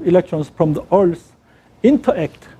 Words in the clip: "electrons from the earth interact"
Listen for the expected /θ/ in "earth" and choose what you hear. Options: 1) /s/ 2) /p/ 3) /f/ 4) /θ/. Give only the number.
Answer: 1